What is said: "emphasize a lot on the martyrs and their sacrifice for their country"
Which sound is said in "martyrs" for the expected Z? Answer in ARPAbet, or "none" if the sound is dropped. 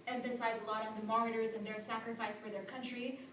Z